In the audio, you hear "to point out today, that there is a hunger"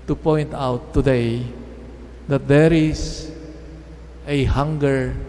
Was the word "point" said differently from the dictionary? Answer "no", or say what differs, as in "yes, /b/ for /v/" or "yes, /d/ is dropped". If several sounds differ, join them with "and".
no